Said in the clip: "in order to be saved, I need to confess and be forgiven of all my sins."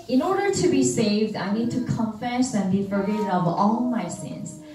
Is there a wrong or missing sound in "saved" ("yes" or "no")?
no